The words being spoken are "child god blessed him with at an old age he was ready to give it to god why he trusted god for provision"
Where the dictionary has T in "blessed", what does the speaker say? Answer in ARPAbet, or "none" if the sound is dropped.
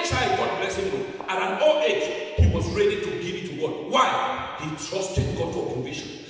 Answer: none